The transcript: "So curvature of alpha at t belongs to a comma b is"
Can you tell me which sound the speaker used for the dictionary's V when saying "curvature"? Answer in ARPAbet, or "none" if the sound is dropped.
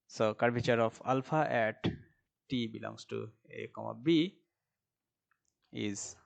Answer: B